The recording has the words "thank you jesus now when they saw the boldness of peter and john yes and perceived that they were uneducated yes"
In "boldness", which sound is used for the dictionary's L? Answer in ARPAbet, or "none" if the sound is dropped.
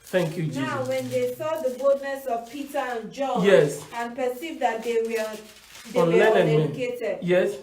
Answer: L